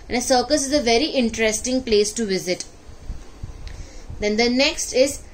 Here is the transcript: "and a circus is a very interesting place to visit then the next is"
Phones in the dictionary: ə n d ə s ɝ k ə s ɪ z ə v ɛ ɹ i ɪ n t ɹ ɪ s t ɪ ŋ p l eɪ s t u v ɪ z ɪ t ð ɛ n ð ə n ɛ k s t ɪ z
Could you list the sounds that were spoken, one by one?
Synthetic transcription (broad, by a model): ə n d ə s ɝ k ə s ɪ z ə v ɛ ɹ i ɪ n t ɹ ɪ s t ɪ ŋ p l eɪ s t u v ɪ z ɪ t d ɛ n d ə n ɛ k s t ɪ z